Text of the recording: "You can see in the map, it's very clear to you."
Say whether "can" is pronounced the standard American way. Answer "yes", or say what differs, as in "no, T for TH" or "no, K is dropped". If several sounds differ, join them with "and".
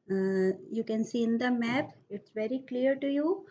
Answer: yes